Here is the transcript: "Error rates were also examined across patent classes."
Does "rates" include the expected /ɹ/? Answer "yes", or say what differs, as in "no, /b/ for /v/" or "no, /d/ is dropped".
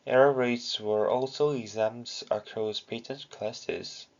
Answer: yes